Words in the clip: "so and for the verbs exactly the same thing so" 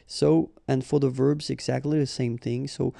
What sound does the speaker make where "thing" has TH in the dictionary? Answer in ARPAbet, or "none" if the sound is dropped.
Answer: TH